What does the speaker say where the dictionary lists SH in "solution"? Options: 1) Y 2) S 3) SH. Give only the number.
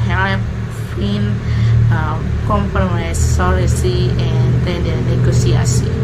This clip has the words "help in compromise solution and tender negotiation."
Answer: 2